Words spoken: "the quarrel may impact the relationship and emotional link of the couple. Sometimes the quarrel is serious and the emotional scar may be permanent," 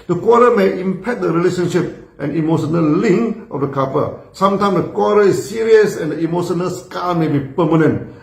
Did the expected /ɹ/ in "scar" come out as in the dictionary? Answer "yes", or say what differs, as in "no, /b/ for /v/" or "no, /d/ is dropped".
no, /l/ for /ɹ/